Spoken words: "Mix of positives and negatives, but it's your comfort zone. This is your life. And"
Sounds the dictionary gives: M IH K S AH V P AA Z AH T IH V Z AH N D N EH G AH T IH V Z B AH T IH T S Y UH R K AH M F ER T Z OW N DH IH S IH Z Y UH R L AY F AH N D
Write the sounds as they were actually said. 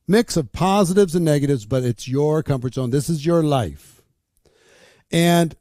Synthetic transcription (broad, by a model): M IH K S AH V P AA Z AH T IH V Z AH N N EH G AH T IH V Z B AH T IH T S Y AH R K AH M F ER T S OW N DH IH S IH Z Y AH R L AY F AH N